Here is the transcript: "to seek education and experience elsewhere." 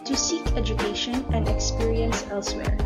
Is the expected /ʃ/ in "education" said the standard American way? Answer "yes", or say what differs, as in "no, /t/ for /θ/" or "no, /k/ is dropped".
yes